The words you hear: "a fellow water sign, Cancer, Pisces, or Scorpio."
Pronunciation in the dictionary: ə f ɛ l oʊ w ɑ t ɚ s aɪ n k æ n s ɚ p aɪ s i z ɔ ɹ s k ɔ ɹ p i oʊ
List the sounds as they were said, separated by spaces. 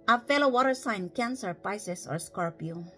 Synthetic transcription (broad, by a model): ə f ɛ l oʊ w ɑ t ɚ s aɪ n k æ n s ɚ p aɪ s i s ɔ ɹ s k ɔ ɹ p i